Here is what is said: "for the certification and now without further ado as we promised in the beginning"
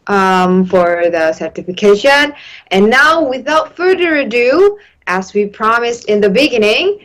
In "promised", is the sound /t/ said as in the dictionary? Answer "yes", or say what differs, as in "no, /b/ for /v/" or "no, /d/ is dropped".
yes